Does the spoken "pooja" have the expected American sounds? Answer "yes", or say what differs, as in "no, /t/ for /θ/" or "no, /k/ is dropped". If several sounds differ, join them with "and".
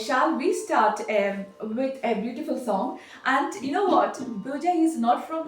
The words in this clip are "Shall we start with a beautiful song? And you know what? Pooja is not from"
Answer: no, /b/ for /p/